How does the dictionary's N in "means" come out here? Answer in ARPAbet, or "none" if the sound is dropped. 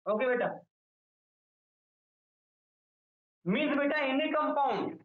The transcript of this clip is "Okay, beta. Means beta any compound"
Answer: none